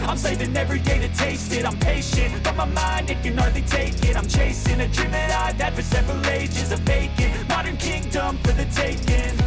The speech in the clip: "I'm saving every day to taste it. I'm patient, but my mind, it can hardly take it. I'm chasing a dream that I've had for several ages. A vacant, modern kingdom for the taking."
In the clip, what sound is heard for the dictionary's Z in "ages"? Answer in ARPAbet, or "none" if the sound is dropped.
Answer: Z